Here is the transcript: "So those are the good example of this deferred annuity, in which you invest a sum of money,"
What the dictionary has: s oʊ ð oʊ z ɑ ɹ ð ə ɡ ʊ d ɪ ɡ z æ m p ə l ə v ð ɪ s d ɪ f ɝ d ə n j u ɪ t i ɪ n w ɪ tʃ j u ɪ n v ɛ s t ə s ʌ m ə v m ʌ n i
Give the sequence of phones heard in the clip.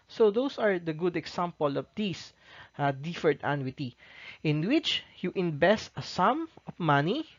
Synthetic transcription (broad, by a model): s oʊ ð oʊ s ɑ ɹ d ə ɡ ʊ d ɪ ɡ s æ m p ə l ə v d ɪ s d ɪ f ɝ d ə n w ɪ t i ɪ n w ɪ tʃ j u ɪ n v ɛ s t ə s ʌ m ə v m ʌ n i